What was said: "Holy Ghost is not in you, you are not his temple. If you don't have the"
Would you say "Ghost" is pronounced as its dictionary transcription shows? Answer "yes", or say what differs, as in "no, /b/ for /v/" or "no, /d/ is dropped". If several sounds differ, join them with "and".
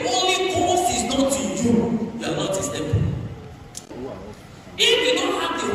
no, /t/ is dropped